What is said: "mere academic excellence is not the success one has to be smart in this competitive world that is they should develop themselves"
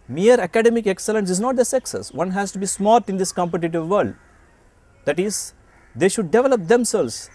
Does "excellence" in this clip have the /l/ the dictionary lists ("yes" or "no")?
yes